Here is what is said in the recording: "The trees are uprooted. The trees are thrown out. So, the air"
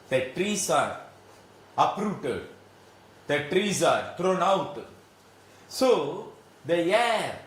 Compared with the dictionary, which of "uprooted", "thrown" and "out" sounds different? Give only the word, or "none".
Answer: thrown